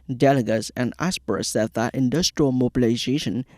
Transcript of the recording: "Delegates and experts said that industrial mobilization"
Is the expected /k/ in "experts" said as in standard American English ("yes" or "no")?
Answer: no